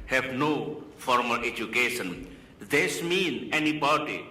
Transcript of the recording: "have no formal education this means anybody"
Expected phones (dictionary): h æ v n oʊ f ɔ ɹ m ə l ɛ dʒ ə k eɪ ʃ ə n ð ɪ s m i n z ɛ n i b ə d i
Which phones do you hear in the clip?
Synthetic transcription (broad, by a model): h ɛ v n oʊ f ɔ ɹ m ə l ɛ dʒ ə k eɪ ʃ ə n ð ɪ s m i n ɛ n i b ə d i